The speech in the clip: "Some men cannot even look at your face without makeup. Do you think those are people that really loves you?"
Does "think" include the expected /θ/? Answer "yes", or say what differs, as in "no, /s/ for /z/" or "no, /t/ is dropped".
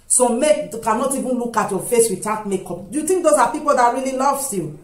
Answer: no, /t/ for /θ/